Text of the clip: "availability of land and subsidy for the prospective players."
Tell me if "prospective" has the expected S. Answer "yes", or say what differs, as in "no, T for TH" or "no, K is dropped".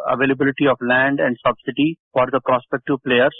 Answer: yes